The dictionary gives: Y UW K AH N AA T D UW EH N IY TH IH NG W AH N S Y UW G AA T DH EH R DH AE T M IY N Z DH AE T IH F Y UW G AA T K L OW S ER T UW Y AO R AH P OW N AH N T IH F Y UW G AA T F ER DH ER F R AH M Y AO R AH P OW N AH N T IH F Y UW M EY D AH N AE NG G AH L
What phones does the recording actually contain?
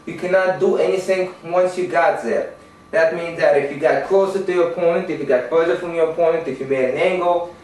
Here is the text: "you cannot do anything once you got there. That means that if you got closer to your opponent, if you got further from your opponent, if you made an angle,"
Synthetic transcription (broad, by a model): Y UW K AH N AA T D UW EH N IY TH IH NG W AH N S Y UW G AA T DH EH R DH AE T M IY N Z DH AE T IH F Y UW G AA T K L OW S ER T UW Y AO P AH IH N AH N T IH F Y UW G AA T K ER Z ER F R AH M Y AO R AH P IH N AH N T IH F Y UW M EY AH N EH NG G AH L